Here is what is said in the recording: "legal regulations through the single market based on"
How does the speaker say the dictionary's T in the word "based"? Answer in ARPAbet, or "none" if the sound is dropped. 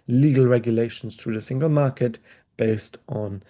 T